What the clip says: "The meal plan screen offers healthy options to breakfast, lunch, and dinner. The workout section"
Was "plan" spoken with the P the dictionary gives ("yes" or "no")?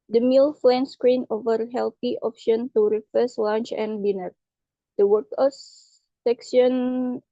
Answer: no